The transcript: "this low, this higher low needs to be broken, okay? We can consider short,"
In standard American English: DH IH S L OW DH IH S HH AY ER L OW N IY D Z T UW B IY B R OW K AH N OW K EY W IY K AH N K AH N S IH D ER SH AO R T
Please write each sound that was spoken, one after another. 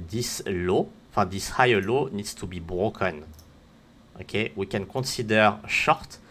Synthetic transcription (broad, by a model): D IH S L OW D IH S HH AY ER L OW N IY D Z T UW B IY B R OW K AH N OW K EY W IY K AH N K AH S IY D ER SH AO R T